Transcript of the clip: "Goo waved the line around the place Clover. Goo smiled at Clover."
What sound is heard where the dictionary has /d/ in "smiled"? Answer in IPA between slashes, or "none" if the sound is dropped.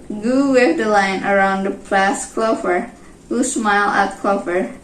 none